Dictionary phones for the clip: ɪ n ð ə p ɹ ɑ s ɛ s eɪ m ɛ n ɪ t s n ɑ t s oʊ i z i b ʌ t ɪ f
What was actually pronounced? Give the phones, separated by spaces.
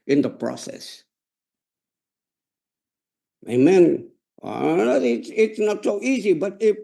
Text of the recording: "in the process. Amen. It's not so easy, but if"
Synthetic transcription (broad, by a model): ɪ n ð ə p ɹ ɑ s ɛ s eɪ m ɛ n ɪ t s n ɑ t s oʊ i z i b ʌ t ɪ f